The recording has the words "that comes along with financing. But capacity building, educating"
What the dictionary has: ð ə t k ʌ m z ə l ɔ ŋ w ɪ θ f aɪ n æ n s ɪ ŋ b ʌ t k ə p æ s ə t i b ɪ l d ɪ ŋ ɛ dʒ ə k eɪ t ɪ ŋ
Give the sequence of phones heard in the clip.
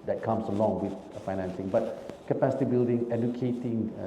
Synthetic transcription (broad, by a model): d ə t k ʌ m s ə l ɔ ŋ w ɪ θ f aɪ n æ n s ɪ ŋ b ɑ t k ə p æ s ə t i b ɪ l d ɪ ŋ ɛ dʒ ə k eɪ t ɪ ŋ